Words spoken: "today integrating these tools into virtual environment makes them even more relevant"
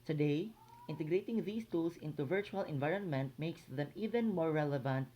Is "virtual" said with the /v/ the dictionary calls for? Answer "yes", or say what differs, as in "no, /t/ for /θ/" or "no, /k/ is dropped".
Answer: yes